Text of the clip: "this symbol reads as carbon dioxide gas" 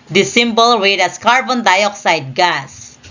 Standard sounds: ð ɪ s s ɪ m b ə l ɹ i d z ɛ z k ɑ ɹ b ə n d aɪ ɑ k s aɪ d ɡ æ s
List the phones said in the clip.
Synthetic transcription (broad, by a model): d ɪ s s ɪ m b ə l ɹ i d ʌ s k ɑ ɹ b ə n d aɪ ɑ k s aɪ d ɡ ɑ s